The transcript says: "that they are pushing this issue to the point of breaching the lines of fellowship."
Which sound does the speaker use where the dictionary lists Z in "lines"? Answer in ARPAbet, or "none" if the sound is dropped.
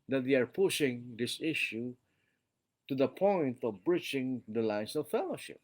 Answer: S